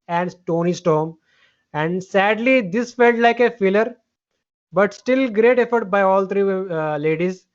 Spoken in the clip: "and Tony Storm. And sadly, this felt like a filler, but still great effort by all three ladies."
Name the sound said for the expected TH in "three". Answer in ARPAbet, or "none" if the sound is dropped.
T